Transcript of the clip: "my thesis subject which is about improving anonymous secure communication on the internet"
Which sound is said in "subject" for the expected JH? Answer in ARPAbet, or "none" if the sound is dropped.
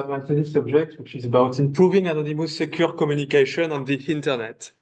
ZH